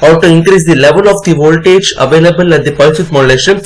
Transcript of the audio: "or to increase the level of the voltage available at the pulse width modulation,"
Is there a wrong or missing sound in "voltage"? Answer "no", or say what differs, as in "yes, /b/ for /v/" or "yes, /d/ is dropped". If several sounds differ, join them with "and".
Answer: no